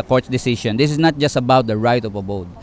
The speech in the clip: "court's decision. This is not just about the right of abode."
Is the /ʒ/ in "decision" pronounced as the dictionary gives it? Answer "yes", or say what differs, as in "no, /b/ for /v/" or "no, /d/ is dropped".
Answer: no, /ʃ/ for /ʒ/